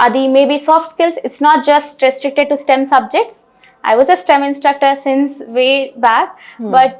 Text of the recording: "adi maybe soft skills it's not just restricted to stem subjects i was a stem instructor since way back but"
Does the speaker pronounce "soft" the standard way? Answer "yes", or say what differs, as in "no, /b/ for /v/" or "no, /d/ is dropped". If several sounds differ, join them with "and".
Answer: yes